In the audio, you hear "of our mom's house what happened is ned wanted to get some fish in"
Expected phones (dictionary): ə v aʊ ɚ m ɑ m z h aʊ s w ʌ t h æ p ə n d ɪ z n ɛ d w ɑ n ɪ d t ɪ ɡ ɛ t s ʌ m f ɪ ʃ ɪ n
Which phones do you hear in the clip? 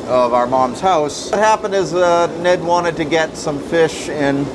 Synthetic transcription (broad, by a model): ə v aʊ ɚ m ɑ m z h aʊ s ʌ t h æ p ə n d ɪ z n ɛ d w ɑ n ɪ d t ɪ ɡ ɛ t s ʌ m f ɪ ʃ ɪ n